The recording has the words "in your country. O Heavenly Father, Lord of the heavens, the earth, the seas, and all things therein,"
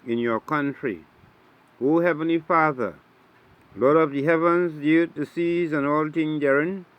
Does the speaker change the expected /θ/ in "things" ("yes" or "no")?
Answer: yes